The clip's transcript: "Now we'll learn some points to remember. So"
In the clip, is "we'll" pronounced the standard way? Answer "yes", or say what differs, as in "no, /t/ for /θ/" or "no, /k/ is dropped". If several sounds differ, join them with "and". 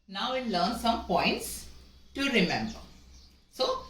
no, /n/ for /l/